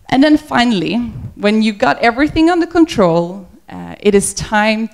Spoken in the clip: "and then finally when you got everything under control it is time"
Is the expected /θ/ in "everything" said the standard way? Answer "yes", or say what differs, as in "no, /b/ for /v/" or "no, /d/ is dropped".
yes